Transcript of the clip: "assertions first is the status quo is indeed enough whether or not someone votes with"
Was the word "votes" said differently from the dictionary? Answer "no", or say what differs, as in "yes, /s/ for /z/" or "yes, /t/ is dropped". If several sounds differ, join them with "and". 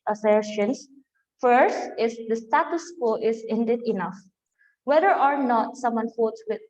yes, /f/ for /v/